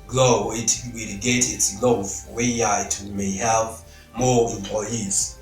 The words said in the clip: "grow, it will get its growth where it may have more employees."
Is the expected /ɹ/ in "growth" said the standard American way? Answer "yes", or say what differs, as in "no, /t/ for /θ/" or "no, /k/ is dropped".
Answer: no, /l/ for /ɹ/